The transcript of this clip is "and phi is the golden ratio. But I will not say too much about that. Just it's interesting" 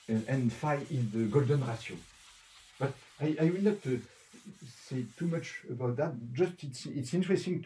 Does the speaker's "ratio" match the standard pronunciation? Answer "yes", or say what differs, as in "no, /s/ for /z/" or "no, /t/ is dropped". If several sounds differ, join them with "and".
no, /s/ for /ʃ/